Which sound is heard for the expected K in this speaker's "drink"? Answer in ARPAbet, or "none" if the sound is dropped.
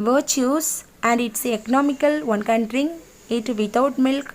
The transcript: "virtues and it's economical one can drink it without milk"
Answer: none